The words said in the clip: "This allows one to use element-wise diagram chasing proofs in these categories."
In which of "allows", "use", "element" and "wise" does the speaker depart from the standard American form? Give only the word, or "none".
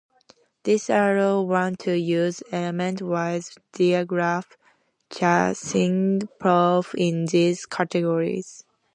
allows